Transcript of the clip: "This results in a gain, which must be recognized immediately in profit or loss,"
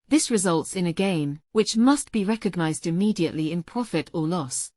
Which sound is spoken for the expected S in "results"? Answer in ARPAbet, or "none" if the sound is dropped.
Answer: S